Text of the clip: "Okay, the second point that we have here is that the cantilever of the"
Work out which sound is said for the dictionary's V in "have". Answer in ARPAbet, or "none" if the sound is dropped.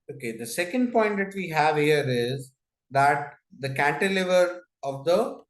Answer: V